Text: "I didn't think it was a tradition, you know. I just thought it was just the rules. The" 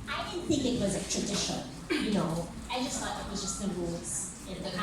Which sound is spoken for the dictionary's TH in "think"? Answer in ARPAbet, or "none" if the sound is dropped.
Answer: TH